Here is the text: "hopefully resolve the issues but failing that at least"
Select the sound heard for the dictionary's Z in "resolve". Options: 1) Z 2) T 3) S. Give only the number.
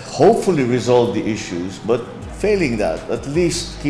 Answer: 1